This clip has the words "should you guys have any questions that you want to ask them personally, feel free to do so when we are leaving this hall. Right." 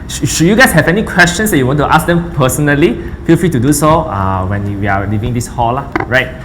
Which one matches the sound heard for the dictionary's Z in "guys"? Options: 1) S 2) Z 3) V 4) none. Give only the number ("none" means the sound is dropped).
1